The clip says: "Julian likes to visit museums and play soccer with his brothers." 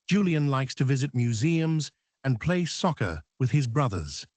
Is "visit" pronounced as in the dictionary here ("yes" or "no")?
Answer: yes